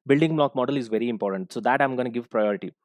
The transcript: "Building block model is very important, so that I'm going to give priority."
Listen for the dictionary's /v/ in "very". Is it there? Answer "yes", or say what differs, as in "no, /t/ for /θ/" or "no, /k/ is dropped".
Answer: yes